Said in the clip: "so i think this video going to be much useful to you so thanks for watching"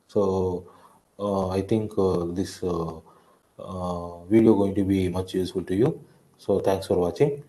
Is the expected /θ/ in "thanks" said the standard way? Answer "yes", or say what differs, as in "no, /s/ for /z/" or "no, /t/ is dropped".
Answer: no, /t/ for /θ/